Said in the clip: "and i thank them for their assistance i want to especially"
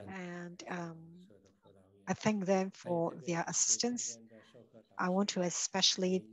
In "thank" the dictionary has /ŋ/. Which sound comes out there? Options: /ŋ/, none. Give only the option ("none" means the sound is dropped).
/ŋ/